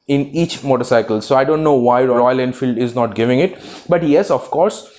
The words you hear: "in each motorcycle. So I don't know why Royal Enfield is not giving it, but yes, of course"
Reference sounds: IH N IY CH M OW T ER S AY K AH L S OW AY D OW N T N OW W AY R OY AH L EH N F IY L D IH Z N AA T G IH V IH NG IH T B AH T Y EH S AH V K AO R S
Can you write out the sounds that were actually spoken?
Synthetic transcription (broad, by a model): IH N IY CH M OW T ER S AY K AH L S OW AY D OW N T N OW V AY R OY AH L EH N F IY L D IH Z N AA T G IH V IH NG IH T B AH T Y EH S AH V K AO R S